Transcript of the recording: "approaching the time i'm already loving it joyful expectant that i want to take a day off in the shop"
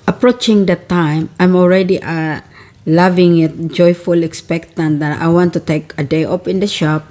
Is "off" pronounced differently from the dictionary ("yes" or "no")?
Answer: yes